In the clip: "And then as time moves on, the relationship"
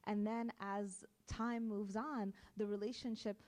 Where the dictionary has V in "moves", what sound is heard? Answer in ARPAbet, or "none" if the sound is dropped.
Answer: V